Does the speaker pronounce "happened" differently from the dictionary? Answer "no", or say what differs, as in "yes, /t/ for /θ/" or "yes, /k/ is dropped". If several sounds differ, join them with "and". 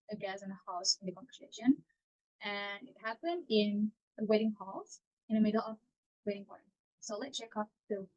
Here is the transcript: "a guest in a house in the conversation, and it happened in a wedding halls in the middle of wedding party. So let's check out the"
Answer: no